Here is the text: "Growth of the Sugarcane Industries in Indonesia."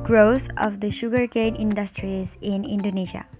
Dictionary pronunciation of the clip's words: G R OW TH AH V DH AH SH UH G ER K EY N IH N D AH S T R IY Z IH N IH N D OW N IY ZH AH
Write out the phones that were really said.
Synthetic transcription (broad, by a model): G R OW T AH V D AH SH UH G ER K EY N IH N D AH S T R IY Z IH N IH N D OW N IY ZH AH